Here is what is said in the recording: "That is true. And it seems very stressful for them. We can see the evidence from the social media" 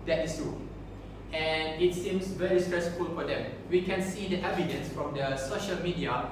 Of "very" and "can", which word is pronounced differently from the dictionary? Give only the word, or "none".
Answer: none